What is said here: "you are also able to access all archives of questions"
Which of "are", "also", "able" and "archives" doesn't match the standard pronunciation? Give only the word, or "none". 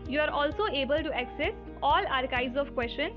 archives